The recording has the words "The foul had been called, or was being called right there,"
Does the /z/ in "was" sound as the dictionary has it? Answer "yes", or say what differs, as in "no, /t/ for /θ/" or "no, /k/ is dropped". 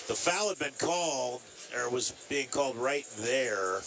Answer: yes